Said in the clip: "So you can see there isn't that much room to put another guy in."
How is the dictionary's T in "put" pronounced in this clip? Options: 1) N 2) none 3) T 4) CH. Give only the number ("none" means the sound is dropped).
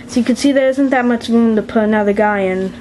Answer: 2